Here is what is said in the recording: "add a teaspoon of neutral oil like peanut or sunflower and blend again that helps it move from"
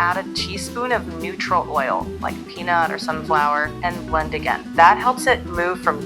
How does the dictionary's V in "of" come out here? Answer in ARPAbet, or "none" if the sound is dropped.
V